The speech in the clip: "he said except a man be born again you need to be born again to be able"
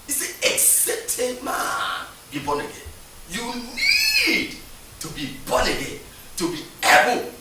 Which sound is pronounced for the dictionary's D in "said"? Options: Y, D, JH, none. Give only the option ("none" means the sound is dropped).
none